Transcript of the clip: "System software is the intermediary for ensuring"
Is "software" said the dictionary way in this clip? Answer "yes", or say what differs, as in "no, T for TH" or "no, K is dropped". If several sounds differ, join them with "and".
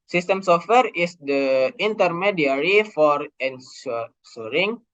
yes